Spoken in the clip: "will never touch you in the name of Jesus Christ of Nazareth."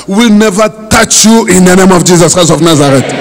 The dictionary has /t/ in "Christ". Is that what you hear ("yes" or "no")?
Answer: no